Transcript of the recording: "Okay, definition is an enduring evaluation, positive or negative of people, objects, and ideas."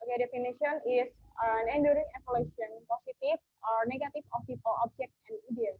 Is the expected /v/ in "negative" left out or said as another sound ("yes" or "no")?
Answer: yes